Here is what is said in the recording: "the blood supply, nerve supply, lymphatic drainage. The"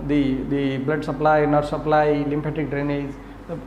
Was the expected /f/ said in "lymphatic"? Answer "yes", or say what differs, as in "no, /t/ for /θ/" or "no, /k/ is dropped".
no, /p/ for /f/